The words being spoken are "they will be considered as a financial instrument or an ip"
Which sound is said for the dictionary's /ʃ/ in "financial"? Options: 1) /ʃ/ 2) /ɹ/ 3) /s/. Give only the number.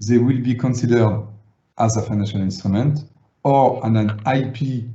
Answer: 1